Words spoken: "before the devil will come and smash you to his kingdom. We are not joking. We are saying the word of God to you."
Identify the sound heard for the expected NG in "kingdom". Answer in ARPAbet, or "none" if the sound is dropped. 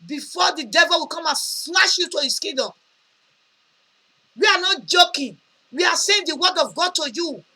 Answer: none